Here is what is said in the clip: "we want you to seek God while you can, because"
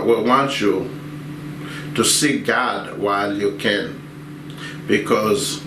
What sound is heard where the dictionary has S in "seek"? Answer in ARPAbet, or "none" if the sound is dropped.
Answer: S